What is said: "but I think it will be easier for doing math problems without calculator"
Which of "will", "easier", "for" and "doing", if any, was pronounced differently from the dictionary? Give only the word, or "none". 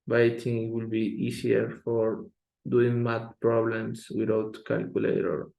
easier